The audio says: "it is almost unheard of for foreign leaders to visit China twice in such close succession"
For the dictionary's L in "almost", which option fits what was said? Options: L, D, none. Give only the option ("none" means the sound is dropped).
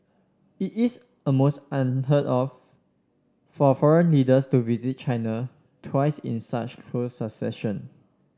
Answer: none